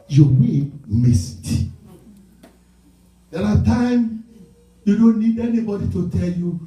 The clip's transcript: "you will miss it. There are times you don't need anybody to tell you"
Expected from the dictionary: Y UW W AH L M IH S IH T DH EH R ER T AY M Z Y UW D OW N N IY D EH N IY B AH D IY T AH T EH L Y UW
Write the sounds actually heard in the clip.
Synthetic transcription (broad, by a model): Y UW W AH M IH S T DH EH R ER T AY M Y UW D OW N N IY D EH N IY B AH D IY T AH T EH L Y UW